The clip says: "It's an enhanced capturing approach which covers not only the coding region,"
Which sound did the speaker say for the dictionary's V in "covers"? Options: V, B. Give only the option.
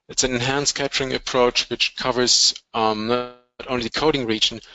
V